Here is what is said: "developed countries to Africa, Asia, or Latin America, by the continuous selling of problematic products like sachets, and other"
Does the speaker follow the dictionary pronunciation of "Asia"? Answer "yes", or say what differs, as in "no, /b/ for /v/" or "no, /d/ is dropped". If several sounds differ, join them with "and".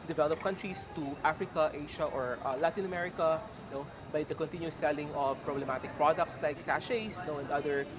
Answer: no, /ʃ/ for /ʒ/